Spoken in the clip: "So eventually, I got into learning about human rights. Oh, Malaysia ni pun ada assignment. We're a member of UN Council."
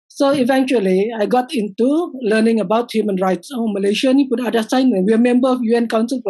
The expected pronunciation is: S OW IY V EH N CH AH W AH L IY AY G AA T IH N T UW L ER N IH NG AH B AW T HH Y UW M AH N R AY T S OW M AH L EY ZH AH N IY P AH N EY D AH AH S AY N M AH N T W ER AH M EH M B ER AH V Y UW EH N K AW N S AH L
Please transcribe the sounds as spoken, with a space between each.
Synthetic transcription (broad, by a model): S OW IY V EH N CH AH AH L IY AY G AA T IH N T UW L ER N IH NG AH B AW T HH Y UW M AH N R AY T S OW M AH L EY SH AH N IY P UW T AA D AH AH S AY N AH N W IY AH M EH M B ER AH F Y UW EH N K AW N S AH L